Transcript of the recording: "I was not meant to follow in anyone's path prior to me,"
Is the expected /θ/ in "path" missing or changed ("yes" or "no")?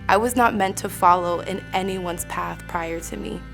no